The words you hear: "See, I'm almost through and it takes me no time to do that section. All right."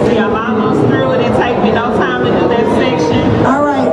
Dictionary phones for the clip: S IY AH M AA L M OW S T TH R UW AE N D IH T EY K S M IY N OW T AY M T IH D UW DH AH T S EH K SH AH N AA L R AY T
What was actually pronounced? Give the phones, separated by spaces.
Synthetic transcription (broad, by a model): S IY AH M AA M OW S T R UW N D IH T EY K M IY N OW T AY M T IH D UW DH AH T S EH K SH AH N AA L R AY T